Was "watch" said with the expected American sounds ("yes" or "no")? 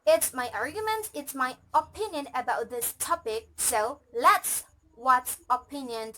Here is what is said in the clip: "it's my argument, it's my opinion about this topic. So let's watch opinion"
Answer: no